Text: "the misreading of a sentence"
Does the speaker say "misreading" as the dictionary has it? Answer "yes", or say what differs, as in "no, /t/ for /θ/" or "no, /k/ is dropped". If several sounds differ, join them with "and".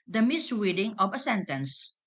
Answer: no, /w/ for /ɹ/